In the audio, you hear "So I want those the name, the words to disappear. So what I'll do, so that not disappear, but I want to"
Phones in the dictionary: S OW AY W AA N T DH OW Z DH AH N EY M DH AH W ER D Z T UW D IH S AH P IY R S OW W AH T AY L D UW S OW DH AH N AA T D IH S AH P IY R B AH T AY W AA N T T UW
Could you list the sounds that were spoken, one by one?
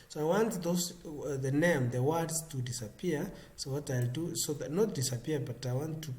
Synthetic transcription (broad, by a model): S OW AY W AA N T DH OW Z DH AH N EY M DH AH W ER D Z T UW D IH S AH P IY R S OW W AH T AY L D UW S OW DH AH N AA T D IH S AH P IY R B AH T AY W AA N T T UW